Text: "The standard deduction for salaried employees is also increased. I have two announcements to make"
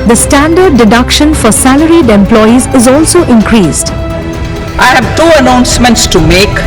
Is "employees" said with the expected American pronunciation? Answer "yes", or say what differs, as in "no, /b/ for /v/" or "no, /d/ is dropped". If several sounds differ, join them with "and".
yes